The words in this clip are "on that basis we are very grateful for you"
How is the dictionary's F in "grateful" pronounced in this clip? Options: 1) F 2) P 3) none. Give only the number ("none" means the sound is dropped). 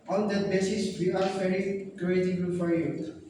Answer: 3